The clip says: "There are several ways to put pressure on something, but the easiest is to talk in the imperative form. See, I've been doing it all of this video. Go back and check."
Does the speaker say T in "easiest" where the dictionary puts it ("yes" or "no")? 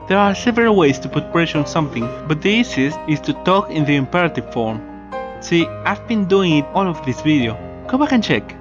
no